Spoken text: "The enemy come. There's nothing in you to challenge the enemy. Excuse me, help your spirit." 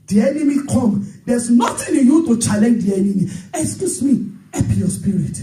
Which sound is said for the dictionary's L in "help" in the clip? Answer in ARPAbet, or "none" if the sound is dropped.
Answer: none